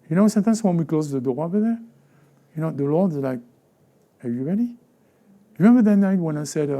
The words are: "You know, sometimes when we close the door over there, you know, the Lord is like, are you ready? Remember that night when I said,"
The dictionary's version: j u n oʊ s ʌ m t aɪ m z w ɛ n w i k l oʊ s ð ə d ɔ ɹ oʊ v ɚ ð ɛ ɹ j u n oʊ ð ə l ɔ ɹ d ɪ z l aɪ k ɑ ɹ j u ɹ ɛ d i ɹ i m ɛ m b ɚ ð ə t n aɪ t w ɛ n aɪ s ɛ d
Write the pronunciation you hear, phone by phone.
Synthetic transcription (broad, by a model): j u n oʊ s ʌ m t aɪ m s w ɛ n w i k l oʊ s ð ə d ɔ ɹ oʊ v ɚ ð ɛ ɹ j u n oʊ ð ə l ɔ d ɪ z l aɪ k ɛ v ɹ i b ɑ d i ɹ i m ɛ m b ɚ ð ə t n aɪ t w ɛ n aɪ s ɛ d